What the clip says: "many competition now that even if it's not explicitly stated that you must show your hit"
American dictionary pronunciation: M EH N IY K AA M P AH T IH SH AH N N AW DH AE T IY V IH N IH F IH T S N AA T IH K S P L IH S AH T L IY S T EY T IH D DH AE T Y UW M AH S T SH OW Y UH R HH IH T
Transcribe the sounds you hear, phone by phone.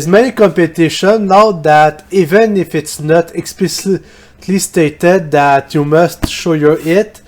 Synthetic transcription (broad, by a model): M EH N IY K AA M P AH T IH SH AH N L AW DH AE T IY V IH N IH F IH T S N AA T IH K S P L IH S T L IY S T EY T IH D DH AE T Y UW M AH S T SH OW Y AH R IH T